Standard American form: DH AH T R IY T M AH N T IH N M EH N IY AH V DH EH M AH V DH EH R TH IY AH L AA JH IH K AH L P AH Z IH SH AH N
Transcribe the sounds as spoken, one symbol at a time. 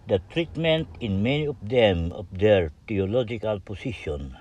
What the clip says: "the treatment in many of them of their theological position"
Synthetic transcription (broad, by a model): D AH T R IY T M AH N T IH N M EH N IY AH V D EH M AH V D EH R T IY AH L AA JH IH K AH L P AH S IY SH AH N